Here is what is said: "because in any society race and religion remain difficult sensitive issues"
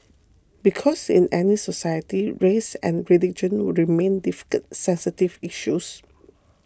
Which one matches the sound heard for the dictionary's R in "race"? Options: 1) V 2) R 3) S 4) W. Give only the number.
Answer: 2